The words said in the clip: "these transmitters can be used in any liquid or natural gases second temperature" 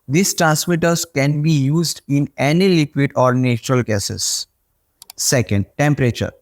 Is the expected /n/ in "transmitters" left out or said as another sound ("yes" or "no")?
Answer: yes